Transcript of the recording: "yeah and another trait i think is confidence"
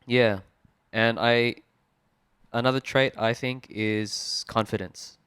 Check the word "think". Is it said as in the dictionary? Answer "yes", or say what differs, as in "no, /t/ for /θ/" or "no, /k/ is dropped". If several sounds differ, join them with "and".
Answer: yes